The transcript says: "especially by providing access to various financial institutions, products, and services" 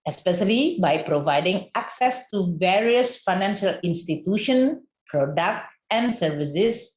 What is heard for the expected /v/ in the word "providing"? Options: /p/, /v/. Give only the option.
/v/